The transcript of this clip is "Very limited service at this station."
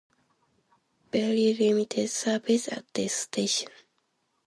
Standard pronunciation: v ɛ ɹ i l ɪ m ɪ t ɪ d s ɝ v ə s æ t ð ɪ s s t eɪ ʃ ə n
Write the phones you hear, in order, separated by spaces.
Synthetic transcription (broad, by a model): b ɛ l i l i m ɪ t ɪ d s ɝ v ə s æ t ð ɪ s s t eɪ ʃ ə n